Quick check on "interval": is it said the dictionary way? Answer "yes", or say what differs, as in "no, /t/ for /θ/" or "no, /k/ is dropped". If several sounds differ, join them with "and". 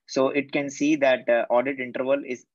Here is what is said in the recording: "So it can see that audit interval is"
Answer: yes